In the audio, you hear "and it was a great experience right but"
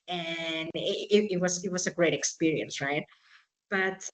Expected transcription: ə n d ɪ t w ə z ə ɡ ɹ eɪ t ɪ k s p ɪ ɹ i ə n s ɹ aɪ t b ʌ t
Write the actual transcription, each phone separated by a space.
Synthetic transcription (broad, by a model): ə n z ɪ t w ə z ə ɡ ɹ eɪ t ɪ k s p ɪ ɹ i ə n s ɹ aɪ t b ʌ t